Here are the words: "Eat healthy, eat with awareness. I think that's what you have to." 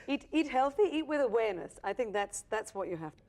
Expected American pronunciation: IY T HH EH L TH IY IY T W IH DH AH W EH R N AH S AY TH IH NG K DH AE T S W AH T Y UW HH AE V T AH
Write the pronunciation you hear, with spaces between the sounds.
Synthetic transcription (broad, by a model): IY T HH EH L TH IY IY T W IH DH AH W EH R N AH S AY TH IH NG K DH AE T S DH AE T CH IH HH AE F T